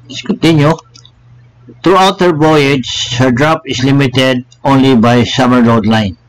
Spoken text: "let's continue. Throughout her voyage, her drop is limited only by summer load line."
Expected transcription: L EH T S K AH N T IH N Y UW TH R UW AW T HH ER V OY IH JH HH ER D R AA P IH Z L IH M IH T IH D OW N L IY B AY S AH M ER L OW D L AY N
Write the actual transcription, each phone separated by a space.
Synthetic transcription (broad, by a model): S K AH N T IH N Y UW T R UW AW T HH ER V OY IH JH HH ER D R AA P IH S L IH M IH T IH D OW N L IY B AY S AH M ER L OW D L AY N